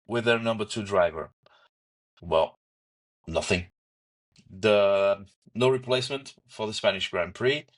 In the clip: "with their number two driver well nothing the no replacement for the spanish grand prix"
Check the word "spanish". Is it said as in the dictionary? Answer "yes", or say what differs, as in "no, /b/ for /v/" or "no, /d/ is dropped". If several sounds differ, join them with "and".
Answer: yes